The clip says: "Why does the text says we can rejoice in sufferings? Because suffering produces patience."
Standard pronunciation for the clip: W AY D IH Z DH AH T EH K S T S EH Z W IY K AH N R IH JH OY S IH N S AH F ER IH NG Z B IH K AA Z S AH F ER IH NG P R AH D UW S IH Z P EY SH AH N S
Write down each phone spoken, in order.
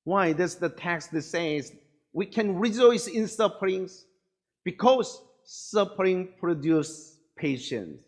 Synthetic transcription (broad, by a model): W AY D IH S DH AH T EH K S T S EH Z W IY K AH N R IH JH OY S IH N S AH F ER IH NG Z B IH K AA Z S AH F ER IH NG P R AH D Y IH S P EY SH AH N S